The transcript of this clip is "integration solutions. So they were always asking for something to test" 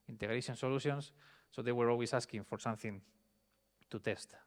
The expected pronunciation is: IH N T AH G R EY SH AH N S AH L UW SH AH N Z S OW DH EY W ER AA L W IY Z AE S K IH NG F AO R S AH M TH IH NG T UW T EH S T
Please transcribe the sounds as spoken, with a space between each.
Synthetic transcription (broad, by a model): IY N T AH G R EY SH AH N S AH L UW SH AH N S OW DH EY W ER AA L W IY S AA S K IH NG F AO R S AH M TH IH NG T UW T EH S T